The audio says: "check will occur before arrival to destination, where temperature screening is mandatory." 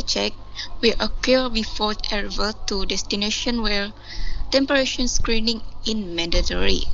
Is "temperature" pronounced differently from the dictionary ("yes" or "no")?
yes